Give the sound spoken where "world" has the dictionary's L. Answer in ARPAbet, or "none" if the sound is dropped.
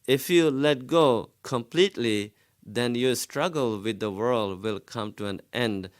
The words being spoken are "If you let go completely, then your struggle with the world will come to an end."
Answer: L